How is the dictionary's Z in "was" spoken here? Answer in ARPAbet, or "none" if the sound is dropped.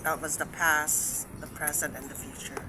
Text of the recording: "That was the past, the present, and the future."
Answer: Z